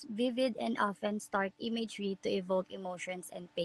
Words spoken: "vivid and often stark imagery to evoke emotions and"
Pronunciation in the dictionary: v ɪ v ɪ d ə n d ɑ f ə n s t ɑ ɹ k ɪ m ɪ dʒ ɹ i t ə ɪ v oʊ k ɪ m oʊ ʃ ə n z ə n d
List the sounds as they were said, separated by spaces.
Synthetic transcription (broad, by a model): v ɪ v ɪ d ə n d ɑ f ə n s t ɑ ɹ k ɪ m ɪ dʒ ɹ i t ə ɪ v oʊ k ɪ m oʊ ʃ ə n s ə n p